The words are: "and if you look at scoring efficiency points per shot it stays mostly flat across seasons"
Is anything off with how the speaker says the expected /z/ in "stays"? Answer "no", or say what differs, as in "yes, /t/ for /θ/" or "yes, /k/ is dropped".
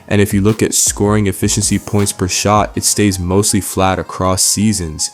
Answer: no